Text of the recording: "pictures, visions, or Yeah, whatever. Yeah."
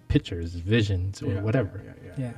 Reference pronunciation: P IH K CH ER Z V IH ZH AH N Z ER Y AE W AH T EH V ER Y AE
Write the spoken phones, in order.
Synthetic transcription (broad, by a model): P IH K CH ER Z V IH ZH AH N Z ER W AH T EH V ER Y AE